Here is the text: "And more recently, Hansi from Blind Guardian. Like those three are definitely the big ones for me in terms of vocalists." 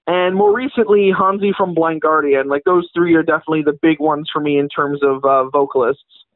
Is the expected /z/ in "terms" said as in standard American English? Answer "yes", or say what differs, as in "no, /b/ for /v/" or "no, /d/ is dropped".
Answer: yes